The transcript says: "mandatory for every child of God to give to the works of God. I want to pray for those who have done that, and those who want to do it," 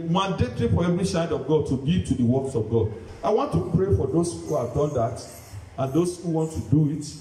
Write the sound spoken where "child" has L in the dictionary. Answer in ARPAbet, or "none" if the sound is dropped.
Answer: none